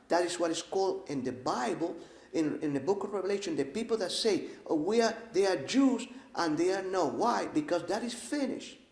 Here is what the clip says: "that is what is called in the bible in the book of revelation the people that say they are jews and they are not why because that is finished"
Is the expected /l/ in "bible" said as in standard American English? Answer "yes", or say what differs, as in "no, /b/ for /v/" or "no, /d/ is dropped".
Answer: no, /n/ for /l/